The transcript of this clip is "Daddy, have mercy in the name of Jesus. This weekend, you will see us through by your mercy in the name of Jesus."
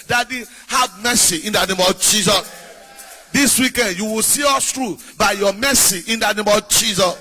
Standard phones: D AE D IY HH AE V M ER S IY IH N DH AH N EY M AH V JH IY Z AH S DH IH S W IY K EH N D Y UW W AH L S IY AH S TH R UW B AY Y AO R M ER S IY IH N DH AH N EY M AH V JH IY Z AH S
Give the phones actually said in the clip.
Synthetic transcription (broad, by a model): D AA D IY HH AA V M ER S IY IH N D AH N EY M AH V JH IY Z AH S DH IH S W IY K EH N D Y UW W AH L S IY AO S T R UW B AY Y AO M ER S IY IH N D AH N EY M AH V JH IY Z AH S